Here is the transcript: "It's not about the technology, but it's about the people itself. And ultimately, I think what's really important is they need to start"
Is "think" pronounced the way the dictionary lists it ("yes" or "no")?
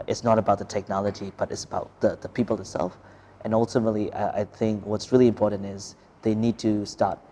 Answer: yes